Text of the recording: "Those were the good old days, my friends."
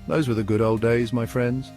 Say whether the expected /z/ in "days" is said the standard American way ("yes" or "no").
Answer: yes